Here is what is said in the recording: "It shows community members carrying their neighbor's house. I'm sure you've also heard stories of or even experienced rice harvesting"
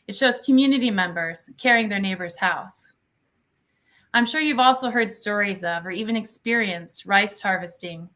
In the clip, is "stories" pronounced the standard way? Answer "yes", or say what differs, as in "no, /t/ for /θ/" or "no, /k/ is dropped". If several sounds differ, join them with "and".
yes